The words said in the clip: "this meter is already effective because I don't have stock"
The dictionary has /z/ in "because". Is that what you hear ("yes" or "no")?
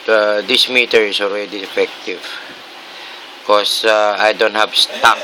no